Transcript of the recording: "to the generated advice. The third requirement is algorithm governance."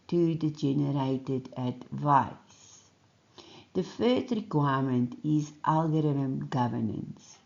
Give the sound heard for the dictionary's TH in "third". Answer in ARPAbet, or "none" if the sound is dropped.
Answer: F